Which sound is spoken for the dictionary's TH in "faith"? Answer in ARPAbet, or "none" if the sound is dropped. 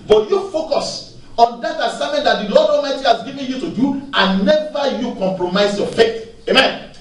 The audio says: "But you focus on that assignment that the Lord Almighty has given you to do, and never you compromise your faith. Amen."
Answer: T